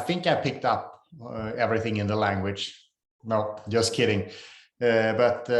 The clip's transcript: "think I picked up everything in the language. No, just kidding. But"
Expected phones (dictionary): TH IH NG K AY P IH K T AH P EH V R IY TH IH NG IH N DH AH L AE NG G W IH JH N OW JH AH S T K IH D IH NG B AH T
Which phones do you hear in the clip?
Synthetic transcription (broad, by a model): TH IH NG K AY P IH K T AH P EH V R IY TH IH NG IH N DH AH L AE NG G W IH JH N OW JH AH S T K IH D IH NG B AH T